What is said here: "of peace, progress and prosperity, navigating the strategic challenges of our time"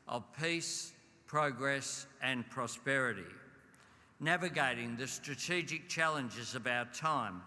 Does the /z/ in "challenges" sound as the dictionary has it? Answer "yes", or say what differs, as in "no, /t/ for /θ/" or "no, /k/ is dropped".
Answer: yes